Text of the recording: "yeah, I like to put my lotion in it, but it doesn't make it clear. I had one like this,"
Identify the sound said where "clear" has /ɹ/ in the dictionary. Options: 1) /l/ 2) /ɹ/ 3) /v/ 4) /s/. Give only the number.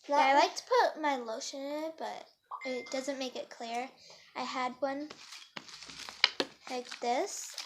2